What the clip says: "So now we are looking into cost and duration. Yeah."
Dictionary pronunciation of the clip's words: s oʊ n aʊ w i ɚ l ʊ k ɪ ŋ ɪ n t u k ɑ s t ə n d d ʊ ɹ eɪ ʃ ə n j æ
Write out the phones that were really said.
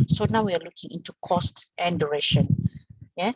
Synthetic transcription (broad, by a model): s oʊ n aʊ w i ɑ l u k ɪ ŋ ɪ n t u k ɑ s t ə n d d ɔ ɹ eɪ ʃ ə n j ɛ